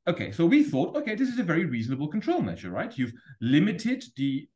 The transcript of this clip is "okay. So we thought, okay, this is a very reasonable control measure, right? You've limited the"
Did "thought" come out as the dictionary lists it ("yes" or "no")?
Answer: yes